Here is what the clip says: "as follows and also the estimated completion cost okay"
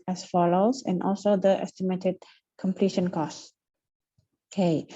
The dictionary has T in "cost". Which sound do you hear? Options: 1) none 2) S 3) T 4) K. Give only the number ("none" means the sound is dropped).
1